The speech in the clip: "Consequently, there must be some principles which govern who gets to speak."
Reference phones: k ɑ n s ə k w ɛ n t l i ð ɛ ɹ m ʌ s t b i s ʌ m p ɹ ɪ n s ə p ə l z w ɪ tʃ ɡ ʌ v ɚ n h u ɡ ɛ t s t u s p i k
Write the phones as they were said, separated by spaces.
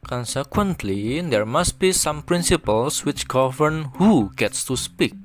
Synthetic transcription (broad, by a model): k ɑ n s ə k w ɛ n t l i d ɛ ɹ m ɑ s t b i s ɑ m p ɹ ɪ n s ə p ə l s w ɪ tʃ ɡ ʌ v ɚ n h u ɡ ɛ t s t u s p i k